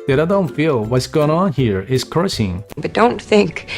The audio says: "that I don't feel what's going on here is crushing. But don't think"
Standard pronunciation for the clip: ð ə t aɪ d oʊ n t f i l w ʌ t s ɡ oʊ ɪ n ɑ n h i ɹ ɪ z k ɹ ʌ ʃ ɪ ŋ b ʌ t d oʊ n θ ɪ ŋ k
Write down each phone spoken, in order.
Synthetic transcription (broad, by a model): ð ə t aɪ d oʊ n t f i l w ʌ t s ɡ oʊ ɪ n ɑ n h i ɹ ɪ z k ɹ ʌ s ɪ ŋ b ʌ t d oʊ n θ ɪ ŋ k